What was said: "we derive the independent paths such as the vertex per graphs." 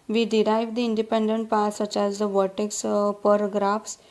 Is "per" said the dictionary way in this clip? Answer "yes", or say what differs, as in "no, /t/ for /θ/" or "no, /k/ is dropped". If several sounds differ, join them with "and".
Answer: yes